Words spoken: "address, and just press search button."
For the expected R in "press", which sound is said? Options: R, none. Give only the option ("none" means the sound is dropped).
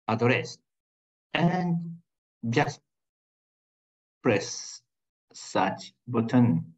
R